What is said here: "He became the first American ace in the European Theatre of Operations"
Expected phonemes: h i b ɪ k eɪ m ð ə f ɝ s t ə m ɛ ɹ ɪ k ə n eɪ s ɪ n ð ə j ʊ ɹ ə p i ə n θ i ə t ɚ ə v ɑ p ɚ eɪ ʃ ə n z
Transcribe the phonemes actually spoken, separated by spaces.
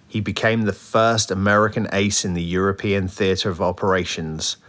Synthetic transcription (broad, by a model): h i b ɪ k eɪ m ð ə f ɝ s t ə m ɛ ɹ ɪ k ə n eɪ s ɪ n ð ə j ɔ ɹ ə p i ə n θ i ə t ɚ ə v ɑ p ɚ eɪ ʃ ə n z